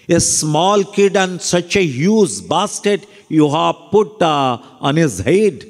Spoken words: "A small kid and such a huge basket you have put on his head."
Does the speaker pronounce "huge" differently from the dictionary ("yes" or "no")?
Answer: yes